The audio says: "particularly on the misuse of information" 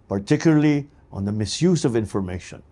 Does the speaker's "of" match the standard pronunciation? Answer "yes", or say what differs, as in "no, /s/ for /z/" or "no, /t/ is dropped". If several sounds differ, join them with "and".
yes